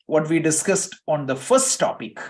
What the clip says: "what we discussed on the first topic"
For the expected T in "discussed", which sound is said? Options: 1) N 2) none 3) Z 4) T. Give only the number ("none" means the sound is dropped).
4